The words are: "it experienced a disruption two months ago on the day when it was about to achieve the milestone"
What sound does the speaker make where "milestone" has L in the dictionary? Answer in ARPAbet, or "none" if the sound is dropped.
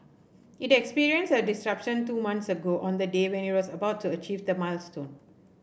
L